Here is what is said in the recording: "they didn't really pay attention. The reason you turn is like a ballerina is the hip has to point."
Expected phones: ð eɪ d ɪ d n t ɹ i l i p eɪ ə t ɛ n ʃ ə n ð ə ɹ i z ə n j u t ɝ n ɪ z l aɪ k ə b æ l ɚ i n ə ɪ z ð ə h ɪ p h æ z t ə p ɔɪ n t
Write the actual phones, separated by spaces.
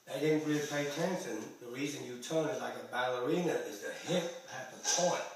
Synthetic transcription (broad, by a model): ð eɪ d ɪ d n t ɹ i l i p eɪ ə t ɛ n s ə n ð ə ɹ i z ə n j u t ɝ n ɪ z l aɪ k ə b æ l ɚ i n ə ɪ z ð ə h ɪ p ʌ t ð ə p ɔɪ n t